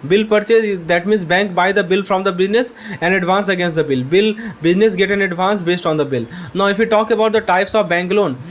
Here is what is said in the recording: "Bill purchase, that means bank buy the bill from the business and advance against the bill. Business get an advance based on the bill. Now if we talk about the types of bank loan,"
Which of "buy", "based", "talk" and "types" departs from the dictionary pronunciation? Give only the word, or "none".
none